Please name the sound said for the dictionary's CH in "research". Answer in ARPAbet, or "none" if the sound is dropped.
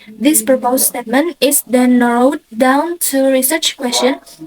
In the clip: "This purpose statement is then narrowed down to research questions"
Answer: CH